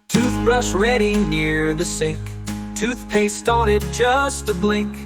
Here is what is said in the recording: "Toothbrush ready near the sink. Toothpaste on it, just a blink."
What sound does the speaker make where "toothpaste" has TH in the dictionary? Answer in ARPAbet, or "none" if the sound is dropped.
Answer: TH